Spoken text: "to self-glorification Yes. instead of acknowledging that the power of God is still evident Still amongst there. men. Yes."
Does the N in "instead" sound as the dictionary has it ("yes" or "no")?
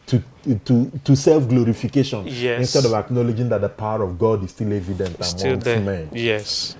yes